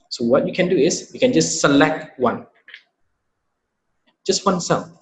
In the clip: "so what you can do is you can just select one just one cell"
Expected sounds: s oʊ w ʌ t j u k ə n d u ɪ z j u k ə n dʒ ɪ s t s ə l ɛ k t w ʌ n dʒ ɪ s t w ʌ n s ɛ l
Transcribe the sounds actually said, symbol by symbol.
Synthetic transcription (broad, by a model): s oʊ w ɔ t j u k ə n d u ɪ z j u k ə n dʒ ɪ s t s ə l ɛ k t w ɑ n dʒ ɪ s t w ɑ n s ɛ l